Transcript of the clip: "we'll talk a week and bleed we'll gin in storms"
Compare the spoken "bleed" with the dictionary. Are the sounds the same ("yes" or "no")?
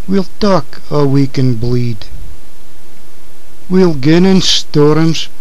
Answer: yes